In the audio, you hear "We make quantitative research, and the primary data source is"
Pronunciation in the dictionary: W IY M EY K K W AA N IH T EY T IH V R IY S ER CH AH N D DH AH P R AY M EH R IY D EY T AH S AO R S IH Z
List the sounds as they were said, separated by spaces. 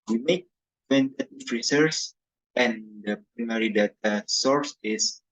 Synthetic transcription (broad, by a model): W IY M EY K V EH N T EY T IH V R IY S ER S AH N D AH P R AY M EH R IY D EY T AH S AO R S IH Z